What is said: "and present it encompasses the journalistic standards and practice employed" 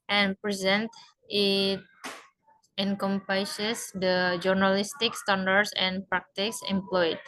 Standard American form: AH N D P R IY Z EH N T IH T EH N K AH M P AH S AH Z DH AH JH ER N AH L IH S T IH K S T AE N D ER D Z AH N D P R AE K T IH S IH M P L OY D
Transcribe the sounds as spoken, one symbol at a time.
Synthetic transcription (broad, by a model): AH N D P R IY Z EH N T IH T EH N K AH M P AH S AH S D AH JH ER N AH L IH S T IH K S T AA N D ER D S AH N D P R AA K T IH S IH M P L OY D